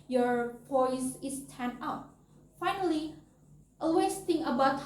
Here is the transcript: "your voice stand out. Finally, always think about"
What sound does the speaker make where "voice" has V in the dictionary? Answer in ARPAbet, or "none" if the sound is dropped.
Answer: P